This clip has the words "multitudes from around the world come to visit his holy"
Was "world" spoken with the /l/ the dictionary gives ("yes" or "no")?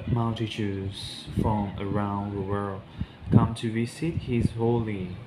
yes